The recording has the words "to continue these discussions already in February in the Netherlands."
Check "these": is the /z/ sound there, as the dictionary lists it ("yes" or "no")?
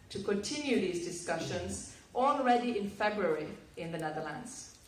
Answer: yes